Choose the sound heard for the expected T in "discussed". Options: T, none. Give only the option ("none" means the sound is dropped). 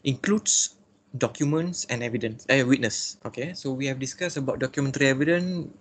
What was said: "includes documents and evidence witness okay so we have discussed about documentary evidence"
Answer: none